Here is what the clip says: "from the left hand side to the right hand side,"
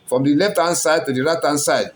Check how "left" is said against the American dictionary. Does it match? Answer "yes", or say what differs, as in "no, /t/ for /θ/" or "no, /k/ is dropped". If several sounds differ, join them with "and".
yes